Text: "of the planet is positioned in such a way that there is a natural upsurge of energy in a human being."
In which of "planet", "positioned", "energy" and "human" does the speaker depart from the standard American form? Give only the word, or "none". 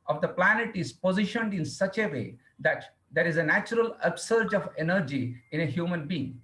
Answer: none